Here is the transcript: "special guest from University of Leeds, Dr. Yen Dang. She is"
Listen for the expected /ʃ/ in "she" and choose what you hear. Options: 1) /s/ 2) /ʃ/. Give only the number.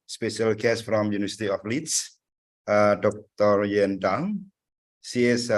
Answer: 1